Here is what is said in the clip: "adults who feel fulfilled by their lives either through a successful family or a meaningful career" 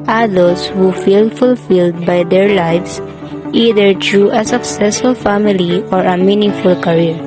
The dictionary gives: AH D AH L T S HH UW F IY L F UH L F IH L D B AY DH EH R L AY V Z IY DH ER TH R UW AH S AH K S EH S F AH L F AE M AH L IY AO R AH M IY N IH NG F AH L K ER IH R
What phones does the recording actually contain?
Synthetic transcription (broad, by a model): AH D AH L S HH UW F IY L F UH L F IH L D B AY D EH R L AY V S IY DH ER T R UW AH S AH K S EH S F AH L F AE M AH L IY AO R AH M IY N IH NG F AH L K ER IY R